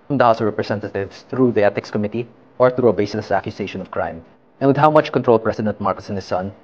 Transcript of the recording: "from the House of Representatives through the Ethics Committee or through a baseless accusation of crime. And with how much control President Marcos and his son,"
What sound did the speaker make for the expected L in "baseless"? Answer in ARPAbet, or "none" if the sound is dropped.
none